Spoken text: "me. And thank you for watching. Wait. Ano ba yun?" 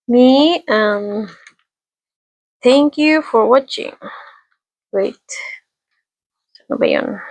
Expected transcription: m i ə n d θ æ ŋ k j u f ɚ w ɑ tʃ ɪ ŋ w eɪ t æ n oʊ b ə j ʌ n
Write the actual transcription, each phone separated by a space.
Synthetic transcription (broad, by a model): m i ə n θ æ ŋ k j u f ɚ w ɑ tʃ ɪ ŋ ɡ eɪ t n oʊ b ə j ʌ n